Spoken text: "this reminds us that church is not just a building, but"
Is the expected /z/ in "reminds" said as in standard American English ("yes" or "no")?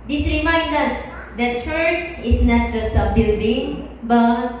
no